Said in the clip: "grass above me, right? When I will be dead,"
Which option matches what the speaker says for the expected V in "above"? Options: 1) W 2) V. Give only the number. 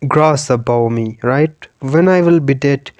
1